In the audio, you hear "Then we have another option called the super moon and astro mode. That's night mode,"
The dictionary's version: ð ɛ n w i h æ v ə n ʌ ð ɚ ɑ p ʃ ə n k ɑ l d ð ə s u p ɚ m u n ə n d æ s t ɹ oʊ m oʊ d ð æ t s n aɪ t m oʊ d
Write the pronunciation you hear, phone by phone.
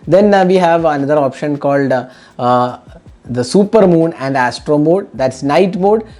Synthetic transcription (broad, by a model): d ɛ n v i h æ v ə n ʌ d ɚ ɑ p ʃ ə n k ɑ l d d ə s u p ɚ m u n ə n d æ s t ɹ oʊ m oʊ d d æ t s n aɪ t m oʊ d